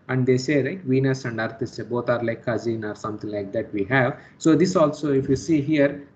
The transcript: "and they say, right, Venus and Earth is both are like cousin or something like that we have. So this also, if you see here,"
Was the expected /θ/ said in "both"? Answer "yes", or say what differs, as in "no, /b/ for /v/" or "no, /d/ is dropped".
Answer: no, /t/ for /θ/